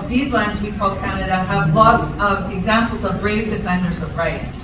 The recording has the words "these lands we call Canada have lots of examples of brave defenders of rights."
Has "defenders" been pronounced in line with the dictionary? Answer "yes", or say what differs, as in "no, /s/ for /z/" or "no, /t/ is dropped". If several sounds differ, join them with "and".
yes